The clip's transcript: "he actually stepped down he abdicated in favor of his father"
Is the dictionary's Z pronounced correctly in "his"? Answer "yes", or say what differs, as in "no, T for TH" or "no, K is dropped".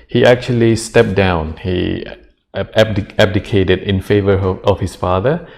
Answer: no, S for Z